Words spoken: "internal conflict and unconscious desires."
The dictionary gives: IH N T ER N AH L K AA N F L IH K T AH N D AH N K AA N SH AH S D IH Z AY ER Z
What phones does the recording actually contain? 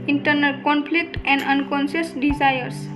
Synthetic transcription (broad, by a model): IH N T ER N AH L K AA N P L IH K T AH N D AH N K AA N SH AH S D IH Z AY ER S